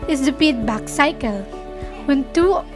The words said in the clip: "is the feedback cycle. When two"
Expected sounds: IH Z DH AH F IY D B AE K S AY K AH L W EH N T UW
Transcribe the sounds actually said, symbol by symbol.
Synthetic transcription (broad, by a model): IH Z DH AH P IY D B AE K S AY K AH L W EH N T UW